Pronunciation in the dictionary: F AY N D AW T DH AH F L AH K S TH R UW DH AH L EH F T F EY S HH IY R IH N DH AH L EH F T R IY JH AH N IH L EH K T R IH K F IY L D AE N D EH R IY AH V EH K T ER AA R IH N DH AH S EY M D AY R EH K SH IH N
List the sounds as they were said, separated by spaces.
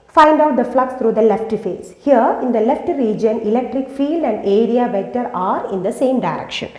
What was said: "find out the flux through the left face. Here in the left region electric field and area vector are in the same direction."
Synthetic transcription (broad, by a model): F AY N D AW T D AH F L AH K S T R UW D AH L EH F T F EY S HH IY R IH N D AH L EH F T R IY JH AH N IH L EH K T R IH K F IY L D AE N D EH R IY AH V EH T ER AA R IH N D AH S EY M D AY R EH K SH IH N